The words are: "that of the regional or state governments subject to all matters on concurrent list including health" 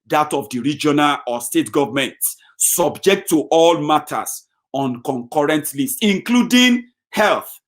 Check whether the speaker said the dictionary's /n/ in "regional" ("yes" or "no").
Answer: yes